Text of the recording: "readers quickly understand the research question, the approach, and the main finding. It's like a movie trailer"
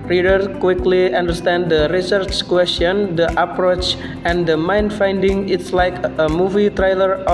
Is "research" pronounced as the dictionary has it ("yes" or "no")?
yes